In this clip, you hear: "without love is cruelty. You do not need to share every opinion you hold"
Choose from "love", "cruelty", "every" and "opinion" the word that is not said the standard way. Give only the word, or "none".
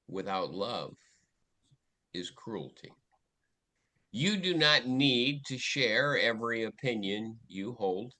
none